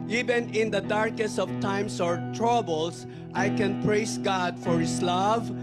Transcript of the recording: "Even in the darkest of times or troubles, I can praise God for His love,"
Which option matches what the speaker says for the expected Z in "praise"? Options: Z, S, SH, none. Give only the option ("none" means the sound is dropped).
S